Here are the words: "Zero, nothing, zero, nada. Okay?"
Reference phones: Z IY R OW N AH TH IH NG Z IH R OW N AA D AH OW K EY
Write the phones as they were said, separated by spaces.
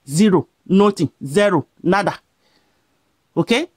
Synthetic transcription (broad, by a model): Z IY R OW N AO T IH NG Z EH R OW N AA D AH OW K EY